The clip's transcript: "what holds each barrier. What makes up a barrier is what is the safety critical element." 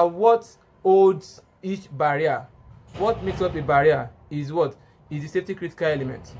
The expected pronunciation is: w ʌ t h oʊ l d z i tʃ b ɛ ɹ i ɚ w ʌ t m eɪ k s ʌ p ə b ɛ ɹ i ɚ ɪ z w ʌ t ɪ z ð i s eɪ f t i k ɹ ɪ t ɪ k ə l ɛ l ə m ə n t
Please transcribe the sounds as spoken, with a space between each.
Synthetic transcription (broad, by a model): w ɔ t oʊ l d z i tʃ b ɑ ɹ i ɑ w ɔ t m eɪ k s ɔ p ə b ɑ ɹ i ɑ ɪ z w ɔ t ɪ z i s eɪ f t i k ɹ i t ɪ k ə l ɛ l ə m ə n t